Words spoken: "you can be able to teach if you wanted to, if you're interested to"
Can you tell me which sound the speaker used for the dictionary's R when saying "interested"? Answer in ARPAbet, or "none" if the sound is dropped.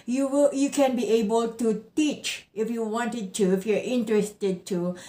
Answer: R